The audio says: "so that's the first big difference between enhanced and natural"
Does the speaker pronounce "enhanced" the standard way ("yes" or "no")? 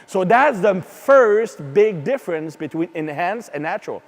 no